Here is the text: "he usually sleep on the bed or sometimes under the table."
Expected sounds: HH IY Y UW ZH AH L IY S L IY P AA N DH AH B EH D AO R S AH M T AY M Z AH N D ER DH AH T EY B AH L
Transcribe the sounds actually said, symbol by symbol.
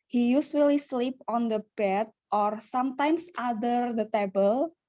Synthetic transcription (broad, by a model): HH IY Y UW S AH L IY S L IY P AA N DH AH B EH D AO R S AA M T AY M S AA D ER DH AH T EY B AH L